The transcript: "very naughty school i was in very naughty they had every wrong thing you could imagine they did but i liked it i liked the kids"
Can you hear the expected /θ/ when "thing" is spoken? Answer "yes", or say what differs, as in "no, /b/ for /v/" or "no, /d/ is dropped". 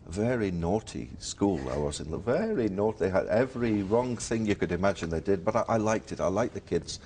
yes